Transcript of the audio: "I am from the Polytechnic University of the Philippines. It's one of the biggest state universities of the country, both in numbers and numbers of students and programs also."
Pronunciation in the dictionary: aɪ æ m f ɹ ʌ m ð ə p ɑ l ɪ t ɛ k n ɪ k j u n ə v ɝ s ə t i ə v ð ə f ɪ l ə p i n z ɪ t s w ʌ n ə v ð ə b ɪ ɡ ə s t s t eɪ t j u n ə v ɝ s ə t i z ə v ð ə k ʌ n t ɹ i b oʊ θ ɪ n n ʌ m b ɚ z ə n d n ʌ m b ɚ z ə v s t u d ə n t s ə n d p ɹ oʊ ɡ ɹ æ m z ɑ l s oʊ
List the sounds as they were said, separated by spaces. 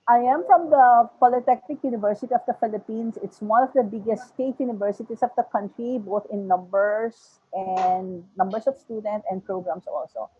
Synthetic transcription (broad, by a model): aɪ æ m f ɹ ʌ m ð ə p ɑ l ɪ t ɛ k n ɪ k j u n ə v ɝ s ə t i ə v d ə f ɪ l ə p i n s ɪ t s w ʌ n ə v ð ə b ɪ ɡ ə s t s t eɪ t j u n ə v ɝ s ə t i s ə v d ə k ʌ n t ɹ i b oʊ θ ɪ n n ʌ m b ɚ s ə n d n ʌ m b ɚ s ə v s t u d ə n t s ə n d p ɹ oʊ ɡ ɹ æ m s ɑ l s oʊ